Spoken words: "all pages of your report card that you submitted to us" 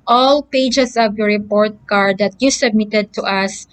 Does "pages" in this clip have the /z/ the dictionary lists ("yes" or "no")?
no